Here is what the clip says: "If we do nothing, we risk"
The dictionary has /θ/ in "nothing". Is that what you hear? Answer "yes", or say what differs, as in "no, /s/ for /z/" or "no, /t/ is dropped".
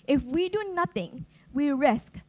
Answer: no, /t/ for /θ/